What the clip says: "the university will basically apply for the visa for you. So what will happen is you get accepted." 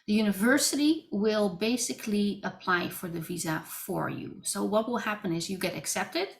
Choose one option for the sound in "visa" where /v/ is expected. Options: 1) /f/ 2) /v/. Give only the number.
2